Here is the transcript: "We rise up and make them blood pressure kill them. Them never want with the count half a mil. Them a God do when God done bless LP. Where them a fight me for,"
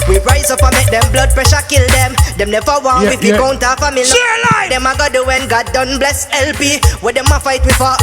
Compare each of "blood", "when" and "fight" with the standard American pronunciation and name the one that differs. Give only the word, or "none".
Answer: none